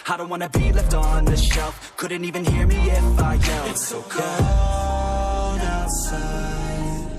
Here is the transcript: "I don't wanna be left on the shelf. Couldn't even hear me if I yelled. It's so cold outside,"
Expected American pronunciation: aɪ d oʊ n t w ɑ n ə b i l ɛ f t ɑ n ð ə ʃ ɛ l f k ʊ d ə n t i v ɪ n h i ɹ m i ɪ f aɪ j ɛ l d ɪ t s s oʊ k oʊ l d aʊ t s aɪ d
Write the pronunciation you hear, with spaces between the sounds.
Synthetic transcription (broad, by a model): aɪ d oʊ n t w ɑ n ə b i l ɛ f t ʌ n ð ə ʃ ɛ l f k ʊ d n t i v ɪ n h i ɹ m i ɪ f aɪ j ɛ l ɪ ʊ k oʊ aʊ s